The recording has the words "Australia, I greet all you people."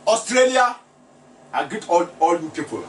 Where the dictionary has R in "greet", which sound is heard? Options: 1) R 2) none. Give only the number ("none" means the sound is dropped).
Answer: 2